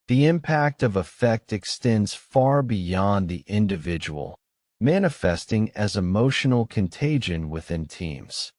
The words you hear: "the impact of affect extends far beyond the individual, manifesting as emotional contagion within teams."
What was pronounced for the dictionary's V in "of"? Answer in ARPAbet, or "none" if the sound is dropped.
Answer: V